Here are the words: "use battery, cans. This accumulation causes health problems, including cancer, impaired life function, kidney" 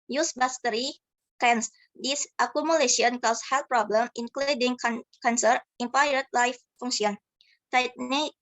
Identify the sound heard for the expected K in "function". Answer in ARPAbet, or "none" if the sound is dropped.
none